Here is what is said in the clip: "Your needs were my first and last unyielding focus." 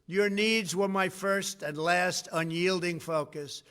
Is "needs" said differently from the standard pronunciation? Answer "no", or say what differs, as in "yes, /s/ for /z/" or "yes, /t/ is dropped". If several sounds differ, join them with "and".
no